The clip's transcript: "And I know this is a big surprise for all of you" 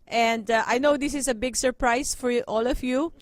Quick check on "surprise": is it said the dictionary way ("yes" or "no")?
no